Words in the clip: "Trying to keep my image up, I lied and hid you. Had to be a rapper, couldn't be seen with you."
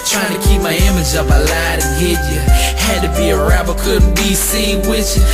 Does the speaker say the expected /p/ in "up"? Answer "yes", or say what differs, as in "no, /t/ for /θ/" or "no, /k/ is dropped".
yes